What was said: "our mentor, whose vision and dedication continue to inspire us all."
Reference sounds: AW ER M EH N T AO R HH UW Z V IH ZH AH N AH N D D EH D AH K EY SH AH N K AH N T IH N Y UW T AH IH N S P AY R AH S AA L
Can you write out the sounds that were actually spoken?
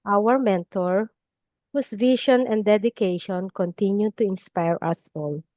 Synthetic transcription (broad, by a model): AW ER M EH N T AO R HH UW S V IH SH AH N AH N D D EH D AH K EY SH AH N K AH N T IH N Y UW T AH IH N S P AY R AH S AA L